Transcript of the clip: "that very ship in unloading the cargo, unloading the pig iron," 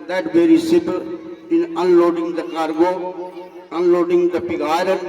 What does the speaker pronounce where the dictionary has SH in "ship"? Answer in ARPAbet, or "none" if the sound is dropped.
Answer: S